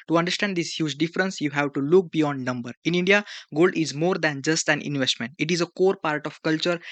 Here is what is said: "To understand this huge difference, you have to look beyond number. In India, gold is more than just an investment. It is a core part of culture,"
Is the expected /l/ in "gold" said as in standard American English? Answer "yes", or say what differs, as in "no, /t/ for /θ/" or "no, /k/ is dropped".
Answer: yes